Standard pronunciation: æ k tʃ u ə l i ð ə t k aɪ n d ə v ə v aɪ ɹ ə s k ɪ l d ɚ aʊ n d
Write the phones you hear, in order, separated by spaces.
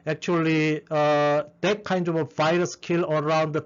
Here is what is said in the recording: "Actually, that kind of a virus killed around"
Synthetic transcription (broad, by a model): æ k tʃ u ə l i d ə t k aɪ n d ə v ə v aɪ ɹ ə s k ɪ l ɚ aʊ n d